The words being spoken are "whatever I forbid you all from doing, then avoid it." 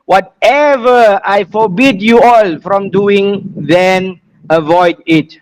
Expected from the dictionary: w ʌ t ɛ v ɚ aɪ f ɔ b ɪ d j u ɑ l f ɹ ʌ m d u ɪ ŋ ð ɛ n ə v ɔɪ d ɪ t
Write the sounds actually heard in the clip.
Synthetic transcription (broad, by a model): w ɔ t ɛ v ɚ aɪ f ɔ b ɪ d j u ɑ l f ɹ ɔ m d u ɪ ŋ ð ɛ n ə v ɔɪ d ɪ t